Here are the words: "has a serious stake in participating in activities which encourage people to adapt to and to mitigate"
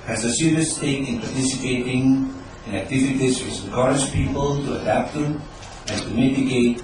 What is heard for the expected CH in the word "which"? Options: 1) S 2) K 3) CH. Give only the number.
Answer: 1